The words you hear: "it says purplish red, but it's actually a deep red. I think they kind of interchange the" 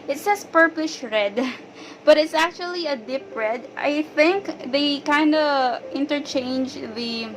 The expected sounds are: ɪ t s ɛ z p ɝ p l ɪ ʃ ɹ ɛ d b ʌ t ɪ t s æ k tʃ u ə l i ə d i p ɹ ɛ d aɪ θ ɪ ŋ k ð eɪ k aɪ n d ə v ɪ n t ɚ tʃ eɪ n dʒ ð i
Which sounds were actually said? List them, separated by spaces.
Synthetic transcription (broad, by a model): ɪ t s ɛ s p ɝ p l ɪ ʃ ɹ ɛ d b ʌ t ɪ t s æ k tʃ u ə l i ə d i p ɹ ɛ d aɪ θ ɪ ŋ k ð eɪ k aɪ n d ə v ɪ n t ɚ tʃ eɪ n dʒ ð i